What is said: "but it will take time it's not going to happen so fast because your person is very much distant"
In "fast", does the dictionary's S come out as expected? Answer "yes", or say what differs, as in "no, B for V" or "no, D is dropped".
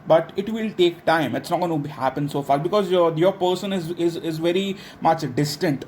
no, S is dropped